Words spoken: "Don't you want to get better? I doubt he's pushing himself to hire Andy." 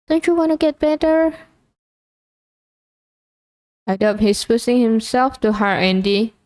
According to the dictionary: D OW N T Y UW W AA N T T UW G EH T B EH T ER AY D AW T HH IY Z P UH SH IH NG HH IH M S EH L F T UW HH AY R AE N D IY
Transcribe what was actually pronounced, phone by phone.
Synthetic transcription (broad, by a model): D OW N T Y UW W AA N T T UW G EH T B EH T ER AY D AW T HH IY S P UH S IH NG HH IH M S EH L F T UW HH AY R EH N D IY